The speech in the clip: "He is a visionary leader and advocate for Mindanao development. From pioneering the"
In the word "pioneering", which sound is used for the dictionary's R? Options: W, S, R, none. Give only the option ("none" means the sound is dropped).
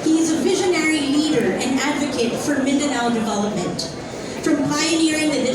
R